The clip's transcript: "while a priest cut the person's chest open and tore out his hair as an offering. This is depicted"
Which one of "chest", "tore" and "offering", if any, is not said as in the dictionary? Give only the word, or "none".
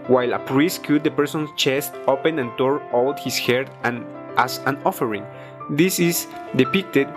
none